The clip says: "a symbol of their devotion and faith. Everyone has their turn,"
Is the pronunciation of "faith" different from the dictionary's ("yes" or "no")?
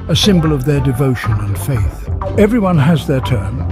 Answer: no